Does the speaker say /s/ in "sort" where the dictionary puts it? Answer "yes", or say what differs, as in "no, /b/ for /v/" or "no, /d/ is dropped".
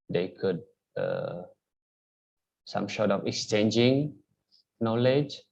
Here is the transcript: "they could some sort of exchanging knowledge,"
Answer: no, /ʃ/ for /s/